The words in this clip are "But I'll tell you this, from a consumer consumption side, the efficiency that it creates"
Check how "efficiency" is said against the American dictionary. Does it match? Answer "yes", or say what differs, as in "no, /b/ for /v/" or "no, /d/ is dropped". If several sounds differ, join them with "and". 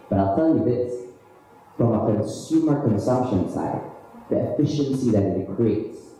yes